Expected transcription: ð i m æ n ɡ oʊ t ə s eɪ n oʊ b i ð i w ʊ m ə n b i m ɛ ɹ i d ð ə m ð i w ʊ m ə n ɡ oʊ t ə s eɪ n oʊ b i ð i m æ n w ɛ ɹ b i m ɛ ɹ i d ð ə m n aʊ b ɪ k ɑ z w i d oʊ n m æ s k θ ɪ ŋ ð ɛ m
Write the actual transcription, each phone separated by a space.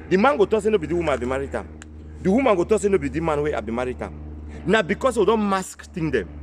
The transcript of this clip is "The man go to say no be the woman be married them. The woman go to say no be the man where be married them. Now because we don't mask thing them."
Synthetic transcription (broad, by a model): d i m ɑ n ɡ oʊ t ə s eɪ n oʊ b i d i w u m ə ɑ b i m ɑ ɹ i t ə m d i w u m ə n ɡ oʊ t ə s eɪ n oʊ b i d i m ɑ n w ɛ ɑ b i m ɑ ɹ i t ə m n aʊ b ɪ k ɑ s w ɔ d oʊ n m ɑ s k t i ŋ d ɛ m